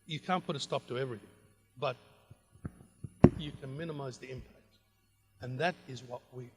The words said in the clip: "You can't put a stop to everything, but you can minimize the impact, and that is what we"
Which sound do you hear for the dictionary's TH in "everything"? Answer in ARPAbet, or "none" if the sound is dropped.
TH